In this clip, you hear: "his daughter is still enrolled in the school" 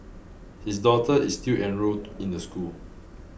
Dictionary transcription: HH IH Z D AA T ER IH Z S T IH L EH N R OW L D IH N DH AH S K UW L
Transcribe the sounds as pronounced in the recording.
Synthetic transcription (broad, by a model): HH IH S D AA T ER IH S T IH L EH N R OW D IH N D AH S K UW L